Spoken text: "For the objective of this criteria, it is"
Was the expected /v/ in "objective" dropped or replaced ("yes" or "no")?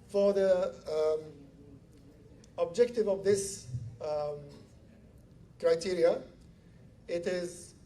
no